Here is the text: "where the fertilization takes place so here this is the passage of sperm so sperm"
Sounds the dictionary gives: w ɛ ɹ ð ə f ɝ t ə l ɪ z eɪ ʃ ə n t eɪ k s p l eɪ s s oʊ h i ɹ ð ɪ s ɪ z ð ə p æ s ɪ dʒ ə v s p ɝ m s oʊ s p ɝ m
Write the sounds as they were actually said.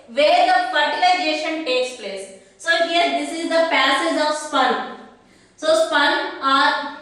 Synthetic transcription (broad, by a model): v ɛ ɹ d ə f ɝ t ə l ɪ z eɪ ʃ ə n t eɪ k s p l eɪ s s oʊ h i ɹ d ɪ s ɪ z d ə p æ s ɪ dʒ ə v s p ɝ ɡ s oʊ s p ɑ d